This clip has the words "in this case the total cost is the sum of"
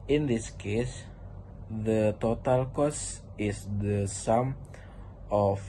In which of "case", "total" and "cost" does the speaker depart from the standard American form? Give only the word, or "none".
cost